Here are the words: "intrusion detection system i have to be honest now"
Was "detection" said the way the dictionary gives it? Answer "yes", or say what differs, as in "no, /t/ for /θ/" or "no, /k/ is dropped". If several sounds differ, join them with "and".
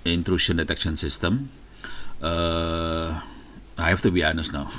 yes